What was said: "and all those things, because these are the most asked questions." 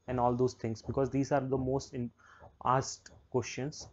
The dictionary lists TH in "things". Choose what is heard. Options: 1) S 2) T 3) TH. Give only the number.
2